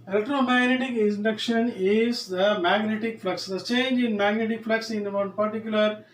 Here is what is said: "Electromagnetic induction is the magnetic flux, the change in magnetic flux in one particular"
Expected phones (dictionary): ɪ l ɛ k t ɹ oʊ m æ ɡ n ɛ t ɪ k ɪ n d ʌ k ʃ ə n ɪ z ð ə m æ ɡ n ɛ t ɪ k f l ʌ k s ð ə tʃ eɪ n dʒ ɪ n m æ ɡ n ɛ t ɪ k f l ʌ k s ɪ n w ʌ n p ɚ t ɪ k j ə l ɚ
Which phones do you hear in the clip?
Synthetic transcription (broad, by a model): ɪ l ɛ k t ɹ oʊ m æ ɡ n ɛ t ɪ k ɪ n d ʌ k ʃ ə n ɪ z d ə m æ ɡ n ɛ t ɪ k f l ʌ k s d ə tʃ eɪ n dʒ ɪ n m æ ɡ n ɛ t ɪ k f l ʌ k s ɪ n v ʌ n p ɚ t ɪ k j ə l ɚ